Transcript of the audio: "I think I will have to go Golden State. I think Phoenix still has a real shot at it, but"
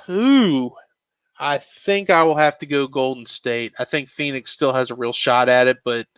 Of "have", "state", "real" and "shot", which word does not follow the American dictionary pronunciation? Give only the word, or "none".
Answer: have